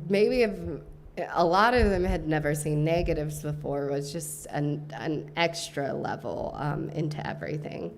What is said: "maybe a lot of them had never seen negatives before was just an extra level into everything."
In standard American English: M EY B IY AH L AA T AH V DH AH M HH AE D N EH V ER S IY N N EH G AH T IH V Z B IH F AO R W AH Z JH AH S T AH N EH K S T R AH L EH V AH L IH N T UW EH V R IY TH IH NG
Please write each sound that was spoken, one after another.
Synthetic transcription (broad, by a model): M EY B IY AH L AA T AH V DH AH M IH D N EH V ER S IY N N EH G AH T IH V Z B IH F AO R W AH Z JH AH S T AH N EH K S T R AH L EH V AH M IH N T UW EH V R IY TH IH NG